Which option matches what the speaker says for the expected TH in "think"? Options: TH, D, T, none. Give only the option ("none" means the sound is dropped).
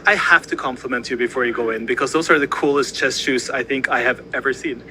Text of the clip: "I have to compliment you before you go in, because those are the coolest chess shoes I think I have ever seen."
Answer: TH